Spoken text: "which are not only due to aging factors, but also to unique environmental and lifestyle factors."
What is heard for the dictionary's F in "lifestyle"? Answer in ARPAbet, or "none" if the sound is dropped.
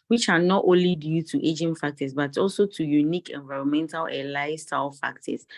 none